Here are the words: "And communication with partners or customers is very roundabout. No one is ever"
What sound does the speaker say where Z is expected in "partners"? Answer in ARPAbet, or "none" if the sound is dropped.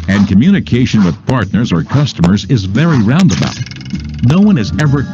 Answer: Z